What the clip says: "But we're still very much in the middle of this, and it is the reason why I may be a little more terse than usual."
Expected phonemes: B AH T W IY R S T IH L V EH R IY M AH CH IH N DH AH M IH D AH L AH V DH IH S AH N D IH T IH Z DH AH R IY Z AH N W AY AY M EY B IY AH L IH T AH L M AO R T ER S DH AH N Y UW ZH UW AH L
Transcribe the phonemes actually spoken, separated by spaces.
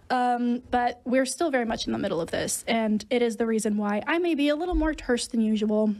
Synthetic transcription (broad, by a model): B AH T W IY R S T IH L V EH R IY M AH CH N DH AH M IH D L AH V DH IH S AH N D IH T IH Z DH AH R IY Z AH N W AY AY M EY B IY AH L IH T L M AO R T ER S DH AH N Y UW ZH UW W L